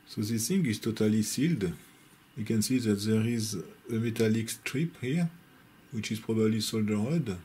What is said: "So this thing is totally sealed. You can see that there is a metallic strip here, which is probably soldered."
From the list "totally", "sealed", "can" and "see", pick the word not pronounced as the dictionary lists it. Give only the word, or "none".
none